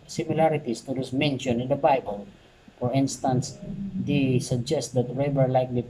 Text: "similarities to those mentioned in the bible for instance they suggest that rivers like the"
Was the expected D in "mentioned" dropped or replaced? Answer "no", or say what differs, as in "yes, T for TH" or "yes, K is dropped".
yes, D is dropped